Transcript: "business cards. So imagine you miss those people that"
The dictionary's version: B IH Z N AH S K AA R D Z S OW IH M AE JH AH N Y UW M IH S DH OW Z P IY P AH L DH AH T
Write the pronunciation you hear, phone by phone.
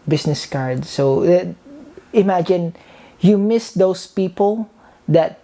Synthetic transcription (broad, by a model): B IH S N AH S K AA R D S OW IH M AE JH AH N Y UW M IH S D OW S P IY P AH L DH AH T